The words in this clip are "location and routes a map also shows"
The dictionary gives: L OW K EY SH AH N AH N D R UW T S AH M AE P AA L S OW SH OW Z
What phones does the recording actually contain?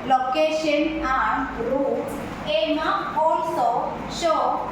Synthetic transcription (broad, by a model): L OW K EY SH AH N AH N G R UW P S AH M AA AA L S OW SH OW